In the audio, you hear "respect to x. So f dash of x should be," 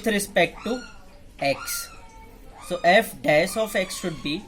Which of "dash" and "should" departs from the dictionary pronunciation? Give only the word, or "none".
dash